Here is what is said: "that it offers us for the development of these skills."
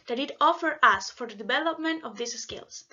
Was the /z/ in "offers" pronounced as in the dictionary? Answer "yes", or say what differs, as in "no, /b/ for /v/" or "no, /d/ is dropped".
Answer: no, /z/ is dropped